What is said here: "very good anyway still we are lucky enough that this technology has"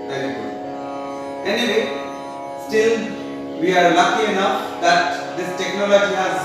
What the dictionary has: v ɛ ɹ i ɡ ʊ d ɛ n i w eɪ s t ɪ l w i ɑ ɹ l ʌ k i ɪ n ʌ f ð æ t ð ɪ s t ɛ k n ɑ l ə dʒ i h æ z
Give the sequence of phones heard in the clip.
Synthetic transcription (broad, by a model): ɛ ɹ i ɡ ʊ ɛ n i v eɪ s t ɪ l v i ɑ ɹ l ʌ k i ɪ n ʌ f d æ t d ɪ s t ɛ k n ɑ l ə dʒ i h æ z